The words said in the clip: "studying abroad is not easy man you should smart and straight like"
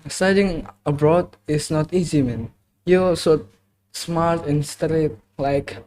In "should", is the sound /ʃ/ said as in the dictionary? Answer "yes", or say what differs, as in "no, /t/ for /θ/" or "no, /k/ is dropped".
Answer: no, /s/ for /ʃ/